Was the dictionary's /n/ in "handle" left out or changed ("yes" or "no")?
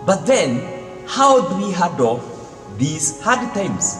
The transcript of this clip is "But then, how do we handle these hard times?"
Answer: yes